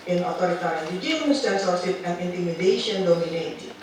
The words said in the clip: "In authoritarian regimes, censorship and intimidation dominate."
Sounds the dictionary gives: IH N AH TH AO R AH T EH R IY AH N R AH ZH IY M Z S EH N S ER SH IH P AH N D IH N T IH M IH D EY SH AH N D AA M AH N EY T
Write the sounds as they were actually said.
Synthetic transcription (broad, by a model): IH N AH T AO R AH T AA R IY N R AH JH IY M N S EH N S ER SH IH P AH N D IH N T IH M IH D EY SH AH N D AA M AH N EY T